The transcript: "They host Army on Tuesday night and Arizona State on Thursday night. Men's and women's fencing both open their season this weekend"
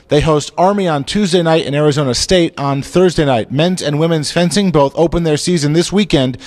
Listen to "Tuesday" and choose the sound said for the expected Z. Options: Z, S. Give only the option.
Z